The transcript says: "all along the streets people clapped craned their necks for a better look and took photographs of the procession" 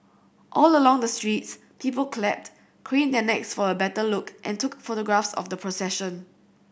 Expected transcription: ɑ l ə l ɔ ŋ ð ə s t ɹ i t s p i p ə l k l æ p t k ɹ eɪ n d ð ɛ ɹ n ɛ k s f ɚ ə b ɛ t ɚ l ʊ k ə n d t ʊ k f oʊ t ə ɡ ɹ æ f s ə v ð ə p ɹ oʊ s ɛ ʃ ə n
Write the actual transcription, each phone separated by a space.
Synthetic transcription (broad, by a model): ɑ l ə l ɔ ŋ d ə s t ɹ i t s p i p ə l k l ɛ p t k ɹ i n d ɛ n ɛ k s f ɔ ə b ɛ t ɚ l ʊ k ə n t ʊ k f oʊ t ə ɡ ɹ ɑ f s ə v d ə p ɹ oʊ s ɛ ʃ ə n